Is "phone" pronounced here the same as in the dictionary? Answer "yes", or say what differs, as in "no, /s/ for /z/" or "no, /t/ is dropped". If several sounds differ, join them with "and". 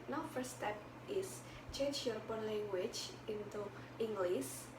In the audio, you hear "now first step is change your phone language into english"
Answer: no, /p/ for /f/